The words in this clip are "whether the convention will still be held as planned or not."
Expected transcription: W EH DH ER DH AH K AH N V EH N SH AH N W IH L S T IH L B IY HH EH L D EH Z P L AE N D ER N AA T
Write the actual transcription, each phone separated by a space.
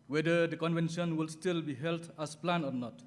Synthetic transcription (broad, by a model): W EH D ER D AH K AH N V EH N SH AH N W IH L S T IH L B IY HH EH L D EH S P L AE N AO N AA T